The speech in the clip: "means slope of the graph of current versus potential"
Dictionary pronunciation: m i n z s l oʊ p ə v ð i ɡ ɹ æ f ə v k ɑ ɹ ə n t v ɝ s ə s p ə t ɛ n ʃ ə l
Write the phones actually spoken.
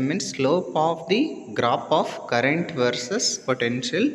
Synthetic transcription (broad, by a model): m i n s l oʊ p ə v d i ɡ ɹ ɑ p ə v k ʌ ɹ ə n t v ɝ s ə s p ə t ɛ n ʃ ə l